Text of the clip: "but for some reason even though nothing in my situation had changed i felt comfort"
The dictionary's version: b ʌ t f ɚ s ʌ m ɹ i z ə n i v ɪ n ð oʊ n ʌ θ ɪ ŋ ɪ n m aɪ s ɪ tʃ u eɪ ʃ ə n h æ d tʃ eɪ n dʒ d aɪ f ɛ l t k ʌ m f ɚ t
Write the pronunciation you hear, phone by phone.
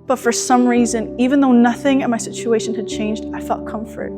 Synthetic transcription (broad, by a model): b ʌ t f ɚ s ʌ m ɹ i z ə n i v ɪ n ð oʊ n ʌ θ ɪ ŋ ɪ n m aɪ s ɪ tʃ u eɪ ʃ ə n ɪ d tʃ eɪ n dʒ d aɪ f ɛ l t k ʌ m f ɚ t